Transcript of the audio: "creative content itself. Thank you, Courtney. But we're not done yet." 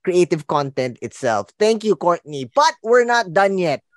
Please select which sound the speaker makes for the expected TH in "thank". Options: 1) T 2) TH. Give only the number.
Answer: 1